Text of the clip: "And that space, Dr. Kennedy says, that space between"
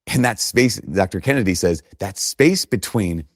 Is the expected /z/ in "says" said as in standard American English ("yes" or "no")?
yes